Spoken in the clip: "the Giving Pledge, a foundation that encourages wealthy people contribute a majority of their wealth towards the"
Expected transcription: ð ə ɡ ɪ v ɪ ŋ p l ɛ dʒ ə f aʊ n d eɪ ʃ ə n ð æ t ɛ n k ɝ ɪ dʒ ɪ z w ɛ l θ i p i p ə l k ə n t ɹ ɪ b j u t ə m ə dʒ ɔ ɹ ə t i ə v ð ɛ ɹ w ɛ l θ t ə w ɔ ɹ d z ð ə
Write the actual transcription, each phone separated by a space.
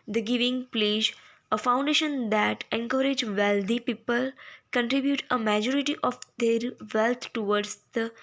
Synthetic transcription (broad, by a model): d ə ɡ ɪ v ɪ ŋ p l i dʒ ə f aʊ n d eɪ ʃ ə n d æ t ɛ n k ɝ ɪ dʒ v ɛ l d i p i p ə l k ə n t ɹ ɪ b j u t ə m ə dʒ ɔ ɹ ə t i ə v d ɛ ɹ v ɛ l t t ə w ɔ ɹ d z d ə